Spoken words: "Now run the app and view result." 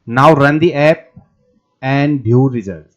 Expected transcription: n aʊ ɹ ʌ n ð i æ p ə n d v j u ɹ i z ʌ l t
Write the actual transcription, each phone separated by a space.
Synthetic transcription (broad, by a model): n aʊ ɹ ʌ n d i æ p ə n d b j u ɹ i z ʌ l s